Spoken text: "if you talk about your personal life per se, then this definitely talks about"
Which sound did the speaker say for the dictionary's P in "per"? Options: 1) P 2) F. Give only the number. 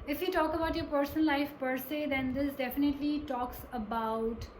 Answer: 1